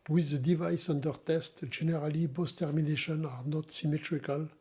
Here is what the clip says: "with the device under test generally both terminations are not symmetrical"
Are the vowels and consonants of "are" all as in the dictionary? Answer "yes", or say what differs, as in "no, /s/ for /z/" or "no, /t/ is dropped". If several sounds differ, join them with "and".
yes